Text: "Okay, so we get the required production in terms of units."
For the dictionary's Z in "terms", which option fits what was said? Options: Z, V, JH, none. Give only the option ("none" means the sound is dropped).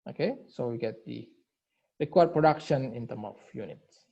none